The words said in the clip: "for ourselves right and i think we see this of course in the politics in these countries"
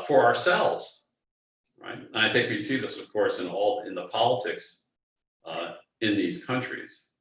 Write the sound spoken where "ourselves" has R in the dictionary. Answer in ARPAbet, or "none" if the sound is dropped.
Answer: R